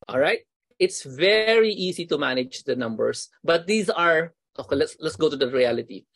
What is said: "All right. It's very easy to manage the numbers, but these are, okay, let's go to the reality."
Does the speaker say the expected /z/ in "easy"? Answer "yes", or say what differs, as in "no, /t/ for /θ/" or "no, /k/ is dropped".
no, /s/ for /z/